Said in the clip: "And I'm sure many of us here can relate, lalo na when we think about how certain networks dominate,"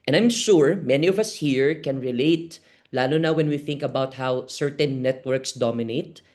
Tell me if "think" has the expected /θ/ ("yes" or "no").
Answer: yes